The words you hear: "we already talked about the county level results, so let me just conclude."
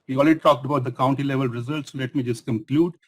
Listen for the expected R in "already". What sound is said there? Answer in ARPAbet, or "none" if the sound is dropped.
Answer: L